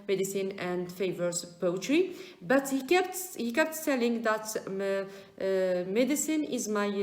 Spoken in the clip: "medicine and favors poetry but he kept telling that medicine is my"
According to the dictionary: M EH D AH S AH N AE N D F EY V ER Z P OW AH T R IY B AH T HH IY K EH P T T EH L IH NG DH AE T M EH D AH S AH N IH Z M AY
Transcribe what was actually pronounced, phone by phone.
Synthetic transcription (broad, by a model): M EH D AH S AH N AE N D F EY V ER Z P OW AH T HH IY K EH T HH IY K EH P T T EH L IH NG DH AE T M EH D AH S AH N IH Z M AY